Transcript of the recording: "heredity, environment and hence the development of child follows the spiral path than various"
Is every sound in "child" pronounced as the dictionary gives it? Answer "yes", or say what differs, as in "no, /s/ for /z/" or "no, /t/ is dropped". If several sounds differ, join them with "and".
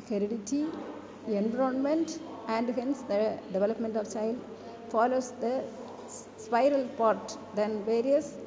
yes